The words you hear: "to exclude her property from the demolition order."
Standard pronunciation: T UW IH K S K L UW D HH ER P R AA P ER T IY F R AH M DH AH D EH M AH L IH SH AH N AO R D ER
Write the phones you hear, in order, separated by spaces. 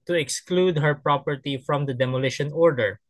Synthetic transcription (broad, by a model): T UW IH K S K L UW D HH ER P R AA P ER T IY F R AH M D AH D EH M AH L IH SH AH N AO R D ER